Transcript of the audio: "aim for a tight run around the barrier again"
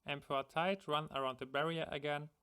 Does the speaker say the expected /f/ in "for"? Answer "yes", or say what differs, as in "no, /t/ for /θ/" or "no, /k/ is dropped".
no, /p/ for /f/